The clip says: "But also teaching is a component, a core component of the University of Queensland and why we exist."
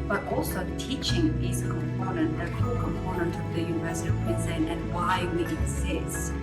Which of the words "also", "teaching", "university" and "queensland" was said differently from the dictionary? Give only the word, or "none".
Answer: queensland